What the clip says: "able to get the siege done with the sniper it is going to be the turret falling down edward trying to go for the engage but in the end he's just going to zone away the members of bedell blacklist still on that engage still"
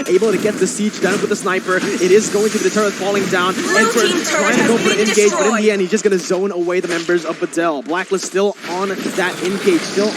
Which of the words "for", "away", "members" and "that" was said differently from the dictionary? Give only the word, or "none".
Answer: for